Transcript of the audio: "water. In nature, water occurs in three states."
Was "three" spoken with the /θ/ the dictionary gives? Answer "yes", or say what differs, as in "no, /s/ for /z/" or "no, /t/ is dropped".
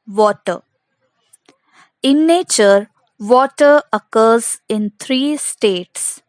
no, /t/ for /θ/